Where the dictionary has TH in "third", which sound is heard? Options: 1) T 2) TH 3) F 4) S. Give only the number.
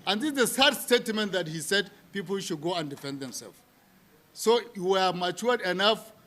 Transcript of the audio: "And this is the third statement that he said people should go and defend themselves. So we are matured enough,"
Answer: 4